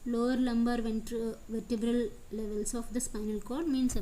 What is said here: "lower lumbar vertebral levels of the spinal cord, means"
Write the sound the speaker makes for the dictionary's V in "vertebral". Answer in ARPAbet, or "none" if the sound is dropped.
V